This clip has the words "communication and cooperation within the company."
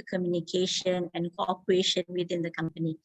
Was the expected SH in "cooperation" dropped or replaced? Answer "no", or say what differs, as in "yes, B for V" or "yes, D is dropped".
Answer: no